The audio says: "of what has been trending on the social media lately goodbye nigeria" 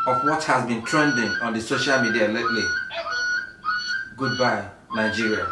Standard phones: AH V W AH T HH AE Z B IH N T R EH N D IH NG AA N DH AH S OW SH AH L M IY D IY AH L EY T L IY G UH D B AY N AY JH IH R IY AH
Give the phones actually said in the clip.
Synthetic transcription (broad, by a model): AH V W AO T HH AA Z B IH N T R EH N D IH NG AA N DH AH S OW SH AH L M IY D IY AH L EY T L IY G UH D B AY N AY JH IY R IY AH